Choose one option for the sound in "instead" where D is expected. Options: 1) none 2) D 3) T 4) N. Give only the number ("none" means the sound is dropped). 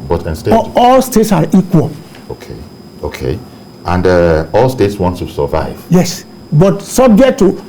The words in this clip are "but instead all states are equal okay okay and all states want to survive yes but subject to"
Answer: 1